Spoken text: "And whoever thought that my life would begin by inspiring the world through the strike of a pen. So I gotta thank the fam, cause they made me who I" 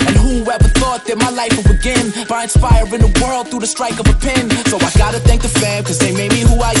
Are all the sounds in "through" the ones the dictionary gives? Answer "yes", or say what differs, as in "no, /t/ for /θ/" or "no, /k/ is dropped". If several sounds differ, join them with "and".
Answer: yes